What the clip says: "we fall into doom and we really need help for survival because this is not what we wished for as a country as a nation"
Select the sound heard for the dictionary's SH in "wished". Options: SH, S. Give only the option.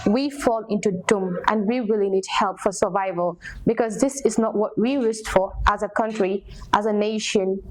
S